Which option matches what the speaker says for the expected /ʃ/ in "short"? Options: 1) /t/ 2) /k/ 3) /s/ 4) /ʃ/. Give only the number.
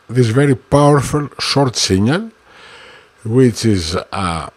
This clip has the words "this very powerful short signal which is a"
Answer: 4